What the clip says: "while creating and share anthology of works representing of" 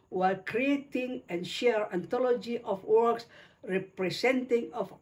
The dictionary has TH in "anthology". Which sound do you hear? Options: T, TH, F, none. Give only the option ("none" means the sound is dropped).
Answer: T